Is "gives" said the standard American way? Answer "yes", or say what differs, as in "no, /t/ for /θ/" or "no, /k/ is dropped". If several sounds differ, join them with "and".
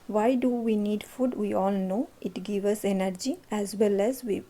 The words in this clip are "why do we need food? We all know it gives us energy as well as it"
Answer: no, /z/ is dropped